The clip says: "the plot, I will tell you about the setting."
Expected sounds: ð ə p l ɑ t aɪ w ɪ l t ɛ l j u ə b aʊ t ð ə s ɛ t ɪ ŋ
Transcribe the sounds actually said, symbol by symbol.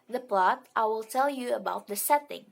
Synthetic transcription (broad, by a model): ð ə p l ɑ t aɪ w ɪ l t ɛ l j u ə b aʊ t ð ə s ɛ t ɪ ŋ